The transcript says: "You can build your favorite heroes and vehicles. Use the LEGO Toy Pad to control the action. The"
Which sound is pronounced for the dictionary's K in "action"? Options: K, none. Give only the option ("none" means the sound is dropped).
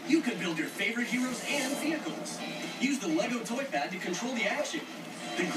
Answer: none